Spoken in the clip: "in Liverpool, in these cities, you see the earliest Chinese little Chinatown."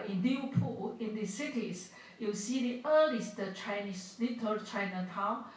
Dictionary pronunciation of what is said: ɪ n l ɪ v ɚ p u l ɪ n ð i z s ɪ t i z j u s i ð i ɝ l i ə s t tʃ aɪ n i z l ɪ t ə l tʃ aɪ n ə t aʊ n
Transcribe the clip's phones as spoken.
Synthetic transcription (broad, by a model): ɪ n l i ɚ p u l ɪ n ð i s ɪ t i s j u s i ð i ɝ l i s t tʃ aɪ n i s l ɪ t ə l tʃ aɪ n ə t aʊ n